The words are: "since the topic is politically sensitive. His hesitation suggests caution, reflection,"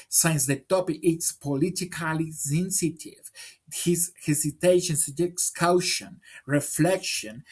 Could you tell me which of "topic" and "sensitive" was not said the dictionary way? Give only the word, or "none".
none